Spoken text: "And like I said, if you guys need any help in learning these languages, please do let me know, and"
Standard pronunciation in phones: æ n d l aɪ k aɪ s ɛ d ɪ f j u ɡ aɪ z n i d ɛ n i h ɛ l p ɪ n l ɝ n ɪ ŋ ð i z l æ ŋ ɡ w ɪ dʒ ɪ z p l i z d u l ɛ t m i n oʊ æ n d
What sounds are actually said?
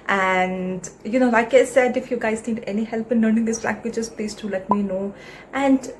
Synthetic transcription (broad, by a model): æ n d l aɪ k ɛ s ɛ d ɪ f j u ɡ aɪ z n i d ɛ n i h ɛ l p ɪ n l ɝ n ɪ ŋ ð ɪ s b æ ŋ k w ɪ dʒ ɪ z p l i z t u l ɛ t m i n oʊ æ n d